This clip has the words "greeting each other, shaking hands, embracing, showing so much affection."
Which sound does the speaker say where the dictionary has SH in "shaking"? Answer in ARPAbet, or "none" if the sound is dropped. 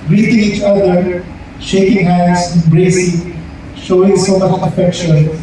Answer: SH